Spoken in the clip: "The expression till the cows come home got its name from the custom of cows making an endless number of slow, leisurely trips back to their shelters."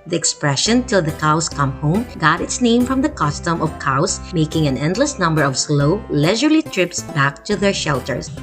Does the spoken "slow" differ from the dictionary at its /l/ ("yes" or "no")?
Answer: no